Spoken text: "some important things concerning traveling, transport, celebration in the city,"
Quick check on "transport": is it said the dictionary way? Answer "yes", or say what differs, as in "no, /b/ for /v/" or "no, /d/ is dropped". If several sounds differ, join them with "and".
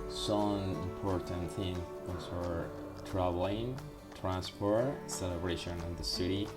yes